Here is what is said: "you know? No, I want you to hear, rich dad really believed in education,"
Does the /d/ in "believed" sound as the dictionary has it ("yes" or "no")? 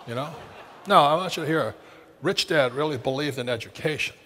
yes